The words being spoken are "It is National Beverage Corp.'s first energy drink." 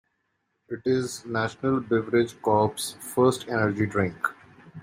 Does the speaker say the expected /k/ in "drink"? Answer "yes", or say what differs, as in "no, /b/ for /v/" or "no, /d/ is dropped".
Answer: yes